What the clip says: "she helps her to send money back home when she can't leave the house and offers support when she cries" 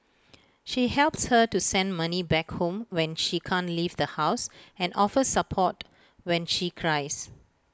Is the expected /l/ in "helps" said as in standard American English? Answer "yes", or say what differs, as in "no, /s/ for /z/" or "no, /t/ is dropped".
yes